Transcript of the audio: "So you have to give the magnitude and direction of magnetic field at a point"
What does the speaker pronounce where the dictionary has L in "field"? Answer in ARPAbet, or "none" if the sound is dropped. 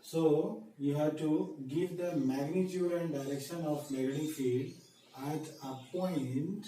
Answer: none